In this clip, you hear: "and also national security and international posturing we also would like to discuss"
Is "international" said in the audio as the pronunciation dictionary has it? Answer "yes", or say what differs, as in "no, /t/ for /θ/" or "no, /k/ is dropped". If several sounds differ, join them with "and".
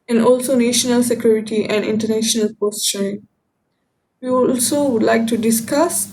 yes